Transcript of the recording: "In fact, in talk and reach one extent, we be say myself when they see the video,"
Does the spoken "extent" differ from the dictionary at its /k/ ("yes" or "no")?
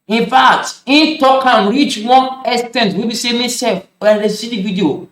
yes